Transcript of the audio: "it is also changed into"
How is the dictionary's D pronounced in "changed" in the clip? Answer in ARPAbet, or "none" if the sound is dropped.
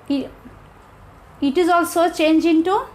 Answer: none